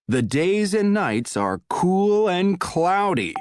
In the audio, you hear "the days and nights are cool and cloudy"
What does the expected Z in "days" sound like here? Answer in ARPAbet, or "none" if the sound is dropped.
Z